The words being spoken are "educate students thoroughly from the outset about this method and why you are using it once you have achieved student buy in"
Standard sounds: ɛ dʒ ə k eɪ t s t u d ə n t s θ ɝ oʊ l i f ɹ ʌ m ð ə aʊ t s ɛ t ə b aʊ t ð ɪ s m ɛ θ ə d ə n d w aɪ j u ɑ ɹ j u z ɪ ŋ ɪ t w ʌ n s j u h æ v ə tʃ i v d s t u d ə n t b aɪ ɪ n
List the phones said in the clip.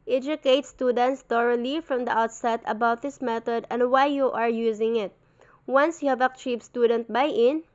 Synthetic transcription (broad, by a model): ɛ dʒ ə k eɪ t s t u d ə n t s t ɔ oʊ l i f ɹ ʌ m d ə aʊ t s ɛ t ə b aʊ t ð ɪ s m ɛ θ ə d ə n d w aɪ j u ɑ ɹ j u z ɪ ŋ ɪ t w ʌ n s j u h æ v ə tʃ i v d s t u d ə n t b aɪ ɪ n